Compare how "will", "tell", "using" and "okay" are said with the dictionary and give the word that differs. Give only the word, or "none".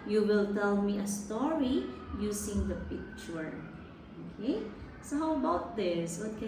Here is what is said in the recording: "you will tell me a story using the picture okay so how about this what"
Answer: using